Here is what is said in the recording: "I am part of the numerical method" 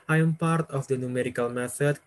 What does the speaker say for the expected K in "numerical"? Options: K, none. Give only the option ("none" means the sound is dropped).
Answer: K